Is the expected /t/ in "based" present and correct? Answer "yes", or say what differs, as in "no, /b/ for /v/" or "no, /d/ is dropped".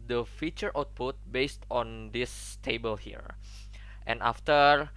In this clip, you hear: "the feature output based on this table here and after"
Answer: yes